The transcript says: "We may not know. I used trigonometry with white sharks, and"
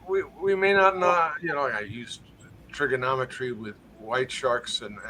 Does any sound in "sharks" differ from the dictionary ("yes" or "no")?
no